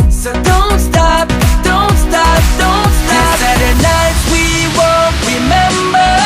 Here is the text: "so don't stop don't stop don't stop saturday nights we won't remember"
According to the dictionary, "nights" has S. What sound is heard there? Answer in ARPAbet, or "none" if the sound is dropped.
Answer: none